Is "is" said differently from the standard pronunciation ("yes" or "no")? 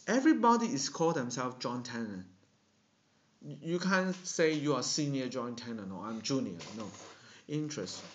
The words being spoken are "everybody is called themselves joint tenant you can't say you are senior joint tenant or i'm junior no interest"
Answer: yes